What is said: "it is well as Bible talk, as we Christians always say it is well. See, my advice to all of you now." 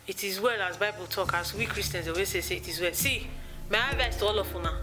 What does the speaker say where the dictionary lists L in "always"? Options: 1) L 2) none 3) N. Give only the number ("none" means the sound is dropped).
2